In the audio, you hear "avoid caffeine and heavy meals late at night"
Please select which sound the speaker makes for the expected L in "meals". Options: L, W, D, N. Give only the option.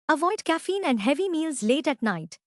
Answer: L